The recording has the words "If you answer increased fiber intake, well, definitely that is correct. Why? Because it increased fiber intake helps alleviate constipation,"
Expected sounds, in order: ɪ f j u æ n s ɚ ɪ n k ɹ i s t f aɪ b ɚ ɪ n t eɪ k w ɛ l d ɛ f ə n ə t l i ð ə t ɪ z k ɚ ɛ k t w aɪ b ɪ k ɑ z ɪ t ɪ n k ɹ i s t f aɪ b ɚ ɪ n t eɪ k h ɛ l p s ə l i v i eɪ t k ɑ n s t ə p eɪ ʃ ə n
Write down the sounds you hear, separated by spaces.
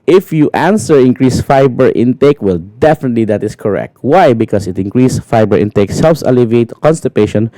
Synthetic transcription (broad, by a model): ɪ f j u æ n s ɚ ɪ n k ɹ i s f aɪ b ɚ ɪ n t eɪ k w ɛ l d ɛ f ə n ə t l i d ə t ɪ s k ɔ ɛ k t w aɪ b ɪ k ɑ s ɪ t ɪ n k ɹ i s f aɪ b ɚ ɪ n t eɪ k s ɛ l f s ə l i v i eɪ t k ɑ n s t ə p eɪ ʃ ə n